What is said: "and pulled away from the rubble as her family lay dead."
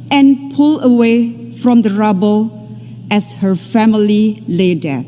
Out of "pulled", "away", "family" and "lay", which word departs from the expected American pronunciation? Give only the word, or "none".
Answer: pulled